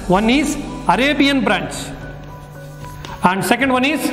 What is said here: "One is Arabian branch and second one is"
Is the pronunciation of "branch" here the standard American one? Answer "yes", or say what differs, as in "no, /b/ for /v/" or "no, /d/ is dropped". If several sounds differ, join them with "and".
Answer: no, /s/ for /tʃ/